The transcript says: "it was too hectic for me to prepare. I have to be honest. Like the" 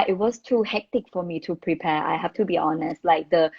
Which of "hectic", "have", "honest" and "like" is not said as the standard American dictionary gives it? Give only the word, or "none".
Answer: have